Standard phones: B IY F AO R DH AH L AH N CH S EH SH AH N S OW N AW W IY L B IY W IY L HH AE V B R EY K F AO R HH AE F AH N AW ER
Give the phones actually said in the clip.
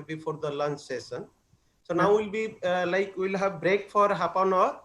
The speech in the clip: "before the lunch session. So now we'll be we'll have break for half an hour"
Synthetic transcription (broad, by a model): B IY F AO R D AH L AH N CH S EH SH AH N S OW N AW W IY L B IY W IY L HH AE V B R EY K F AO R HH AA P AH N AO